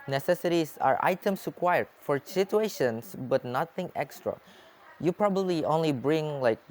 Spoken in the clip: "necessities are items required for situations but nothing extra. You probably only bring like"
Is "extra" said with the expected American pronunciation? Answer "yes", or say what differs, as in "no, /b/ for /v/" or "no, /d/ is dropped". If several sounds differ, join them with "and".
yes